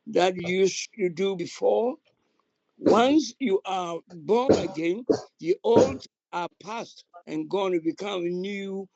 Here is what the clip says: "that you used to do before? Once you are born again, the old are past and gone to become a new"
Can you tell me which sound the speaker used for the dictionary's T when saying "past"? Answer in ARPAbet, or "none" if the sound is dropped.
T